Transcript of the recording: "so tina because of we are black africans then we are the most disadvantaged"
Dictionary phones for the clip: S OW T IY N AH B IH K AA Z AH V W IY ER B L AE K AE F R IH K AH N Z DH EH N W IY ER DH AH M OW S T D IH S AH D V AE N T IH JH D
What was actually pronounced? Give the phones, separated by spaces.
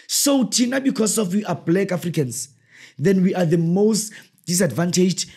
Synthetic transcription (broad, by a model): S OW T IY N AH B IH K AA S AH F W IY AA B L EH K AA F R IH K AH N S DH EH N W IY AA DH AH M OW S T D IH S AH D V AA N T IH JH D